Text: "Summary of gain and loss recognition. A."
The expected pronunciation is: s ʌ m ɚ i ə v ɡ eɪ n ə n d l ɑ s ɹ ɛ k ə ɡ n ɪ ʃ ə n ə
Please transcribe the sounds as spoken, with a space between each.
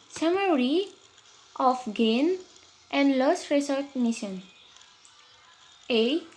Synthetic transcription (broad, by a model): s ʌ m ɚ i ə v ɡ eɪ n ə n d l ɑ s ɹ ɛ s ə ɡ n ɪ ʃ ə n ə